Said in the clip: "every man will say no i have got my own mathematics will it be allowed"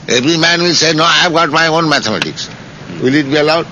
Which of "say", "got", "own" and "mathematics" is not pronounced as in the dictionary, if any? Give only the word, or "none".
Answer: mathematics